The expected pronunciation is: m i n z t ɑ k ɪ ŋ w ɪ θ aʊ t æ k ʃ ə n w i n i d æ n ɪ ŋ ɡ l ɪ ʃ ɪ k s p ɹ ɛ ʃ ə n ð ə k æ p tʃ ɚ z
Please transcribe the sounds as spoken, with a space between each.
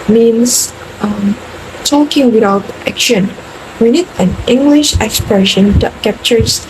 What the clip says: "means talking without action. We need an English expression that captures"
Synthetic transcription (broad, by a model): m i n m t ɑ k ɪ ŋ w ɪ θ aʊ t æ k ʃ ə n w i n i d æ n ɪ ŋ ɡ l ɪ ʃ ɪ k s p ɹ ɛ ʃ ə n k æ p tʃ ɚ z